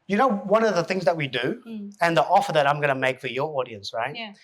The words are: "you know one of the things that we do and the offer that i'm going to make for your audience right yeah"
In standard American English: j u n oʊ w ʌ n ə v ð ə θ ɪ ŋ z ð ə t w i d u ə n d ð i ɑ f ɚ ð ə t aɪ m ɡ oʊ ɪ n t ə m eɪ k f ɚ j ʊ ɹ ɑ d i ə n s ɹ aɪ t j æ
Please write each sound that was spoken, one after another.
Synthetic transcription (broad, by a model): j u n oʊ w ʌ n ə v ð ə θ ɪ ŋ z ð ə t w i d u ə n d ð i ɑ f ɚ ð ə t aɪ m ɡ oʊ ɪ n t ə m eɪ k f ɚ j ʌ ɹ ɑ d i ə n s ɹ aɪ t